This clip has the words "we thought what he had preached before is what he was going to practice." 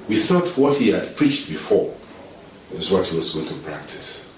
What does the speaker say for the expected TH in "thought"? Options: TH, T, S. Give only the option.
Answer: TH